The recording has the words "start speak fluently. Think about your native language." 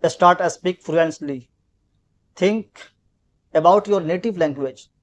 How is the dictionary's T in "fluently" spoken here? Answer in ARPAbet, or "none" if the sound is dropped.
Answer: S